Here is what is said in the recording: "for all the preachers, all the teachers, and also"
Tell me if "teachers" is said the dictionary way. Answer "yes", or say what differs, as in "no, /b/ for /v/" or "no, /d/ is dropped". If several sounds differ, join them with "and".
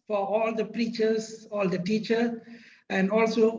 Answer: no, /z/ is dropped